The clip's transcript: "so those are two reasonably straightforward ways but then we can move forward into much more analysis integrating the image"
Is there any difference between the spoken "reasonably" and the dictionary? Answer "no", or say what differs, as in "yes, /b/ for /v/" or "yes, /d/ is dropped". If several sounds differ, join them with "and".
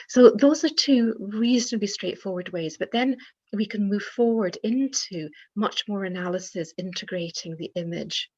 yes, /l/ is dropped